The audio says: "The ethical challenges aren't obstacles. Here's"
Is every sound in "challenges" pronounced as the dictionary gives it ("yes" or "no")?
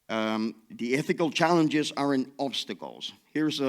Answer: yes